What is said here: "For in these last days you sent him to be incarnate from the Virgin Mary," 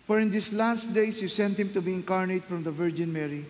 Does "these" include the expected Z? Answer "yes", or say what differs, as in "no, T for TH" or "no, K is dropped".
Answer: no, S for Z